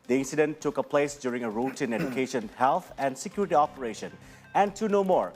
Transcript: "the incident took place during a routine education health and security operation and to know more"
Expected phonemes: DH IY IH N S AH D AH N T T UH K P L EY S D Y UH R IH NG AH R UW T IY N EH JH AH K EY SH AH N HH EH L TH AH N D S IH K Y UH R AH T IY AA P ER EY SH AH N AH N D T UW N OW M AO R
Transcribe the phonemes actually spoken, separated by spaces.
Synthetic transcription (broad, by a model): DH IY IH N S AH D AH N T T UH K P L EY S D Y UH R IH NG AH R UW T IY N EH JH AH K EY SH AH N HH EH L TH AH N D S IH K Y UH R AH T IY AA P ER EY SH AH N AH N T UW N OW M AO R